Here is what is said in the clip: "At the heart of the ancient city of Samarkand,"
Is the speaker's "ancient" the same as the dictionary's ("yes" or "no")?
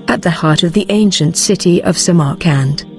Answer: yes